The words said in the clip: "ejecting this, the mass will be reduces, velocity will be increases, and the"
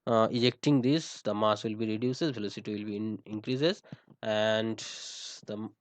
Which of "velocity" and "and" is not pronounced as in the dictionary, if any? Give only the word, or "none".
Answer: velocity